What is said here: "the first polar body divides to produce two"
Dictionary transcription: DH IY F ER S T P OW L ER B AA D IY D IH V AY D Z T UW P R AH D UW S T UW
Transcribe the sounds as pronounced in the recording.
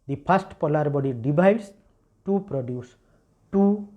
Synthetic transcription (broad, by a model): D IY P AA S T P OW L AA B AA D IY D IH B AY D S T UW P R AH D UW S T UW